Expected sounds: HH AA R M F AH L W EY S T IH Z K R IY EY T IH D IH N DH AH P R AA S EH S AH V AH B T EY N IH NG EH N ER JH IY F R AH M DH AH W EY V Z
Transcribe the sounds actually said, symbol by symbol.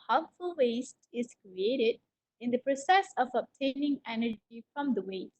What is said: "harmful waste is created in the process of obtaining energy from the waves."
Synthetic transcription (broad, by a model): HH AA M F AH L W EY S T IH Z K R IY EY T IH D IH N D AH P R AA S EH S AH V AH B T EY N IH NG EH N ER JH IY F R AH M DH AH W EY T